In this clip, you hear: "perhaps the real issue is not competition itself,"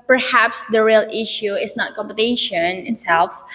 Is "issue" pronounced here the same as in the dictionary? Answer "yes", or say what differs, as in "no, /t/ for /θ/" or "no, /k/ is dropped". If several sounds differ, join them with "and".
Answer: yes